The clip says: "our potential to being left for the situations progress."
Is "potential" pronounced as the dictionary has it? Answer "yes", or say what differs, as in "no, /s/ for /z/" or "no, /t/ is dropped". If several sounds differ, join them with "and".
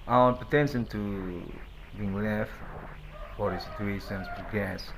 no, /n/ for /l/